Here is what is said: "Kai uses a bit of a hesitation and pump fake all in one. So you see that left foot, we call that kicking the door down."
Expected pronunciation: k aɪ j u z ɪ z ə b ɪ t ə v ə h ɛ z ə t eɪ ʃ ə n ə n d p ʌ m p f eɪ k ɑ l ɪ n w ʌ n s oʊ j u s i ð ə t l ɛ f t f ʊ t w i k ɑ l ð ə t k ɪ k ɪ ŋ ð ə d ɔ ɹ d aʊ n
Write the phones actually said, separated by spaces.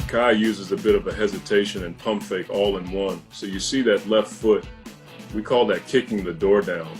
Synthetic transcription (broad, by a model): k aɪ j u z ɪ z ə b ɪ t ə v ə h ɛ z ə t eɪ ʃ ə n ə n p ʌ m p f eɪ k ɑ l ɪ n w ʌ n s oʊ j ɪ s i ð ə t l ɛ f t f ʊ t w i k ɑ l ð ə t k ɪ k ɪ ŋ ð ə d ɔ ɹ d aʊ n